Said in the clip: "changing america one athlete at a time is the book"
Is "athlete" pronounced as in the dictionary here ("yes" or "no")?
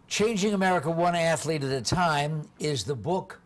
yes